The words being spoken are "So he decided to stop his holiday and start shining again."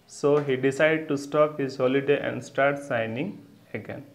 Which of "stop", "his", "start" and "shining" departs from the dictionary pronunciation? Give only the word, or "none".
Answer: shining